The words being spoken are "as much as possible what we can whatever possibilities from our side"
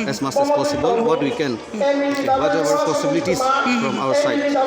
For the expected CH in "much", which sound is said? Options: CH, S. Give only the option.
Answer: S